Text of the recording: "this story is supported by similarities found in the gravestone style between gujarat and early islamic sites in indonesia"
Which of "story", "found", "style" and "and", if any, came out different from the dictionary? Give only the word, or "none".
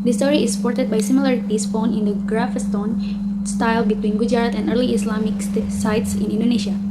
found